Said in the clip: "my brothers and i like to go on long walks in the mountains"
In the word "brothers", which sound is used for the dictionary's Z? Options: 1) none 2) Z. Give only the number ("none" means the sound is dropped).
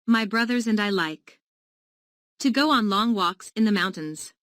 2